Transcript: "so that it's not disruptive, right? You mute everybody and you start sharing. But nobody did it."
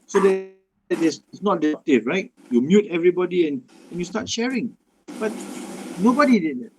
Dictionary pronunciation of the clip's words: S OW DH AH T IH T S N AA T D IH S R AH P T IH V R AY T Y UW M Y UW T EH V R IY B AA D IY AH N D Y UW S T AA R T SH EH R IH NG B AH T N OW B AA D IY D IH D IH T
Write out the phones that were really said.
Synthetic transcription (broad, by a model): S OW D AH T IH S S N AA T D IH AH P T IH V R AY T Y UW M Y UW T EH V R IY B AA D IY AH N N Y UW S T AA T SH EH R IH NG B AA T N OW B AA D IY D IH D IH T